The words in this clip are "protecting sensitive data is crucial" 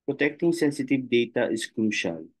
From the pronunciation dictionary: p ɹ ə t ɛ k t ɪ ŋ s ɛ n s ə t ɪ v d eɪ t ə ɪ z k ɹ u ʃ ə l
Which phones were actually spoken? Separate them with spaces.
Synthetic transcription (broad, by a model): p ɹ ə t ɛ k t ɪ ŋ s ɛ n s ə t ɪ v d eɪ t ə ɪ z k ɹ u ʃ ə l